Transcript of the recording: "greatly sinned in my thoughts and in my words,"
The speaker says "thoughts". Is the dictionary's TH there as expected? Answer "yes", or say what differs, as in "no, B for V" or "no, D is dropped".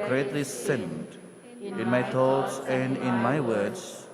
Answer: no, T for TH